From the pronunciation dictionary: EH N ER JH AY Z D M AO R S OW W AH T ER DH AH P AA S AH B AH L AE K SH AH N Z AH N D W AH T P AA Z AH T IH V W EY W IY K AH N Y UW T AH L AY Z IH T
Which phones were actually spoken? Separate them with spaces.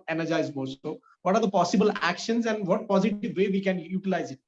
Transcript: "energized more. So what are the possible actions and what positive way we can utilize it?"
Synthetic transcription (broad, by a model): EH N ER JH AY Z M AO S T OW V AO T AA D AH P AA S AH B AH L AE K SH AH N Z AH N D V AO T P AA Z AH T IH V EY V IY K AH N Y UW T AH L AY Z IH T